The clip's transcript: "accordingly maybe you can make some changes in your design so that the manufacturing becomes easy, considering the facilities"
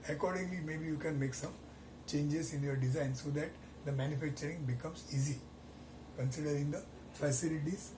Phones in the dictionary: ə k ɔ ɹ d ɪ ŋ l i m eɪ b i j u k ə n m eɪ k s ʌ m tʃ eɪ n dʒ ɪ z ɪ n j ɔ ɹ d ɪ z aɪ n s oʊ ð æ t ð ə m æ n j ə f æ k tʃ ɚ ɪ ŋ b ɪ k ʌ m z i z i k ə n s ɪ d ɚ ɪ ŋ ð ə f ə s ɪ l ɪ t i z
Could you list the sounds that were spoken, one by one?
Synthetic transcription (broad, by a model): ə k ɔ ɹ d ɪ ŋ l i m eɪ b i j u k ə n m eɪ k s ʌ m tʃ eɪ n dʒ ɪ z ɪ n j ɔ ɹ d ɪ z aɪ n s oʊ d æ t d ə m æ n j ə f æ k tʃ ɚ ɪ ŋ b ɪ k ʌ m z i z i k ə n s ɪ d ɚ ɪ ŋ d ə f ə s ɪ l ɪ t i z